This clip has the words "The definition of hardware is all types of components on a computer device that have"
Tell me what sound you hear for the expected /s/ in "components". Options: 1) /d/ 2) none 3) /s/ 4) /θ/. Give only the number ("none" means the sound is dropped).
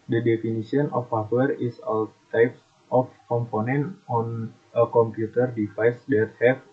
2